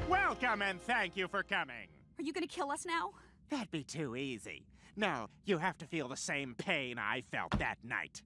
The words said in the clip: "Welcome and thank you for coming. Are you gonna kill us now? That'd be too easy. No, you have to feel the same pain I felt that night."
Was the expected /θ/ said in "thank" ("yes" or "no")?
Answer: yes